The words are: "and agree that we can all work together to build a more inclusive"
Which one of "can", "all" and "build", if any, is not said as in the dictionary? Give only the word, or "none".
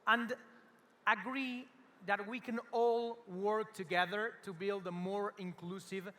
none